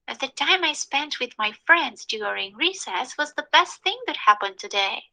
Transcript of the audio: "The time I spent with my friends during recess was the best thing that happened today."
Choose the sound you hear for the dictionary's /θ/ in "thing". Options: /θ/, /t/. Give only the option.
/θ/